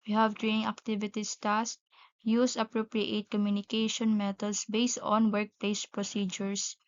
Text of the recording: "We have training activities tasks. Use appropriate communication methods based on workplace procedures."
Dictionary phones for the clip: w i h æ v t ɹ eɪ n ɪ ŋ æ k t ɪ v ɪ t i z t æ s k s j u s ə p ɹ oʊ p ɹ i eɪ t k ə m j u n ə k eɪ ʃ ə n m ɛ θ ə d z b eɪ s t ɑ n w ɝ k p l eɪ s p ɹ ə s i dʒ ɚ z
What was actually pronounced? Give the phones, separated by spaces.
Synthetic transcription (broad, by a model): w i h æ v t ɹ eɪ n ɪ ŋ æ k t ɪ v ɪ t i s t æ s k j u s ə p ɹ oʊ p ɹ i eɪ t k ə m j u n ə k eɪ ʃ ə n m ɛ t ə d s b eɪ s t ɑ n w ɝ k p l eɪ s p ɹ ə s i dʒ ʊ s